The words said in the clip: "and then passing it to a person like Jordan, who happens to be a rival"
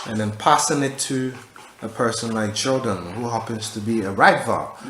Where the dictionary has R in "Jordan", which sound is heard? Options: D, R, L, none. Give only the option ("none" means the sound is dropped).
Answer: L